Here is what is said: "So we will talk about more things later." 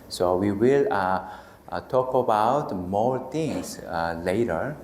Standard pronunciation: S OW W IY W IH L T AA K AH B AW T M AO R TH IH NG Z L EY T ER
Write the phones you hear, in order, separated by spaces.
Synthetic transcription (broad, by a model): S OW W IY W IH L T AA K AH B AW T M AO R T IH NG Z L EY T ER